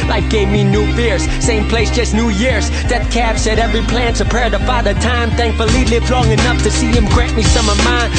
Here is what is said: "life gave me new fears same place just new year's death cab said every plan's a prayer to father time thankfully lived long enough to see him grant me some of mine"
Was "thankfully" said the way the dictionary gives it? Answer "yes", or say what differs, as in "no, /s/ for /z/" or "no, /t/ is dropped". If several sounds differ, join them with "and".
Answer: yes